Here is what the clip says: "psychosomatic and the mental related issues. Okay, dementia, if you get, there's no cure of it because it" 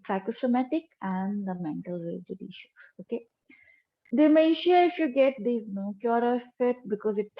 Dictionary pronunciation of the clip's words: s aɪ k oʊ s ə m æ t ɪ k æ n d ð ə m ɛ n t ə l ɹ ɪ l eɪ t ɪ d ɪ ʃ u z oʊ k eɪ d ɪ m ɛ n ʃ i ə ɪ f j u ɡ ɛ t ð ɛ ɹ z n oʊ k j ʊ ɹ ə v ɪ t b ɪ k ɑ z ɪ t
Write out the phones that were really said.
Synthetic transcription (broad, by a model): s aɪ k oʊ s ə m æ t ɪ k æ n d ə m ɛ n t ə l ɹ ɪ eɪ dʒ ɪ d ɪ ʃ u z oʊ k eɪ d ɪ m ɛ ʃ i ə ɪ f j u ɡ ɛ t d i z n oʊ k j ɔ ɹ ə f ɪ t b ɪ k ɑ z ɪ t